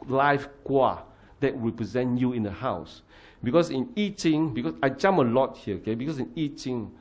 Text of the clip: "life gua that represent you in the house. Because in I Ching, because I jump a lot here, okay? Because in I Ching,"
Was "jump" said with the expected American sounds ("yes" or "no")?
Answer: no